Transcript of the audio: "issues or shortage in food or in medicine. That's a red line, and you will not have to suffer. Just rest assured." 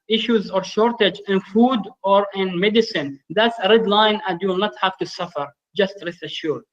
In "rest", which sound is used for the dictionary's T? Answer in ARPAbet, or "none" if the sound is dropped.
none